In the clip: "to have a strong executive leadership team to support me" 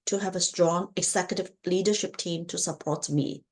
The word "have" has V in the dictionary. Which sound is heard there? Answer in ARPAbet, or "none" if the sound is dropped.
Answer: V